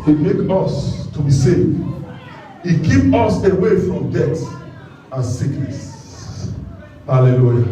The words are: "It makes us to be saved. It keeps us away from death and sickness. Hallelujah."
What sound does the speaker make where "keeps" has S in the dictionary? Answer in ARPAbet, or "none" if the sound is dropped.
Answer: none